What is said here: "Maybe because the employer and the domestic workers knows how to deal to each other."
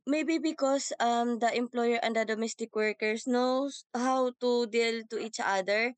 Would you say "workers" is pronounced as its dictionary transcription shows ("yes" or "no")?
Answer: no